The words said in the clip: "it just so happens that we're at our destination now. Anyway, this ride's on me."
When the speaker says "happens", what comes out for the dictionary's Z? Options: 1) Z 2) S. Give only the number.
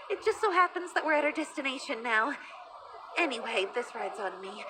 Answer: 1